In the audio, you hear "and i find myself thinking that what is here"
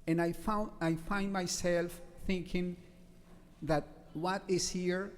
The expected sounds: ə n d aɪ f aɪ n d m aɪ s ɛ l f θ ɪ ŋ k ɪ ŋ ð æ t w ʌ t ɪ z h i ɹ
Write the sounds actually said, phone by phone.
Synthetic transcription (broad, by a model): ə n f aɪ f aɪ n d m aɪ s ɛ l f θ ɪ ŋ k ɪ ŋ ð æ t w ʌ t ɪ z h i ɹ